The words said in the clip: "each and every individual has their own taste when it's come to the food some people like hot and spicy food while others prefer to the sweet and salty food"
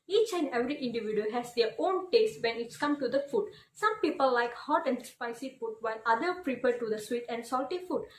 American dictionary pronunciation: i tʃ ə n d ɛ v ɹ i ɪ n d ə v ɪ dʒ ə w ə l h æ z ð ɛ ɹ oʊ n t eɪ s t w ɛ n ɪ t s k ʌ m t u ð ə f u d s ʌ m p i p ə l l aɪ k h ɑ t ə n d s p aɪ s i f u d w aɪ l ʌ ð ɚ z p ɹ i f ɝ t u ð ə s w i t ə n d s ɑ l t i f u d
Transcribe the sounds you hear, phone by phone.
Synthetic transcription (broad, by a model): i tʃ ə n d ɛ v ɹ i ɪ n d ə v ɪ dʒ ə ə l h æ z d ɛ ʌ oʊ n t eɪ s t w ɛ n ɪ t s k ʌ m t u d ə f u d s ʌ m p i p ə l l aɪ k h ɑ t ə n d s p aɪ s i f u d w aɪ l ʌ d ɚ p ɹ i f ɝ t u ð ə s w i t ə n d s ɑ l t i f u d